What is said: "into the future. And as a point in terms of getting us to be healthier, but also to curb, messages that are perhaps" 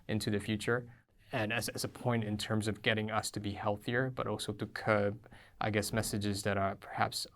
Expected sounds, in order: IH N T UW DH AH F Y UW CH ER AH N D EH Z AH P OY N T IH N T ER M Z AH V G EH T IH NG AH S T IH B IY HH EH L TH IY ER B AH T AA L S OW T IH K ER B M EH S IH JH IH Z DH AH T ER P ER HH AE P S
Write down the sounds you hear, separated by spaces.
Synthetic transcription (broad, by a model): IH N T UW DH AH F Y UW CH ER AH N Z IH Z AH P OY N T IH N T ER M Z AH V G EH T IH NG AH S T IH B IY HH EH L TH IY ER B AH T AA L S OW T IH K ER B M EH S IH JH IH Z DH AH T ER P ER HH AE P S